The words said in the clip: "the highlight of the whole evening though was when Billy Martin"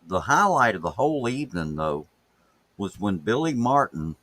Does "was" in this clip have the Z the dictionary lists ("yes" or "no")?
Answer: yes